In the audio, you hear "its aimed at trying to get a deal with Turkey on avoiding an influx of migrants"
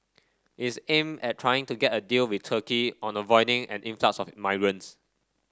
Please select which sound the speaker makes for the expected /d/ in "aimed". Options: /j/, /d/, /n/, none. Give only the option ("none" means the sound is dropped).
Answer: none